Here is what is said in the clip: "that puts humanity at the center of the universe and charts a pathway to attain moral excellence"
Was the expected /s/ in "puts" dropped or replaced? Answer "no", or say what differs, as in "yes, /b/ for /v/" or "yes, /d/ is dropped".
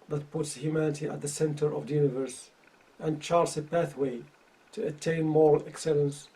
no